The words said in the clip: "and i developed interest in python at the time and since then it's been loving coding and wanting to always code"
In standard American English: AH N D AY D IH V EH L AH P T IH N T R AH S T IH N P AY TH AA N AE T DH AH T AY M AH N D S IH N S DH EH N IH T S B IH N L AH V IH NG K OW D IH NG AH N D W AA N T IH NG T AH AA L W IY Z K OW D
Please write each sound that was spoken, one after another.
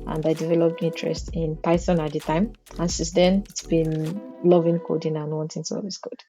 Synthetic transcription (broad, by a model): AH N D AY D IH V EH L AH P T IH N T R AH S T IH N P AY S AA N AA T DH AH T AY M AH N S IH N S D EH N IH T S B IH N L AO V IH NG K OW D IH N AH N W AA N T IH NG S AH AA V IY S K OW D